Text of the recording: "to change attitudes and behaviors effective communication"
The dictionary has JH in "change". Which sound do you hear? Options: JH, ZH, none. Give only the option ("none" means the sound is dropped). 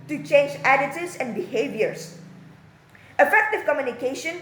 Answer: JH